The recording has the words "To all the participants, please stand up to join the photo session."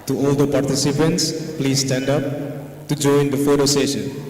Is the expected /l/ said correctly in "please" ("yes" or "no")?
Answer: yes